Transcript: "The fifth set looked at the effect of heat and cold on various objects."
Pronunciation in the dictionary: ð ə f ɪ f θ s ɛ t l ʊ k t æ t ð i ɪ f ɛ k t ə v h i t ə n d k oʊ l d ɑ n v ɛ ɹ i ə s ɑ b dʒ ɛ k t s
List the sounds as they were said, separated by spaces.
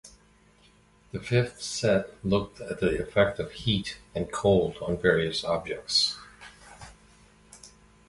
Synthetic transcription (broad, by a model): ð ə f ɪ f θ s ɛ t l ʊ k t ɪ t ð i ɪ f ɛ k t ə v h i t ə n k oʊ l d n v ɛ ɹ i ə s ɑ b dʒ ɛ k t s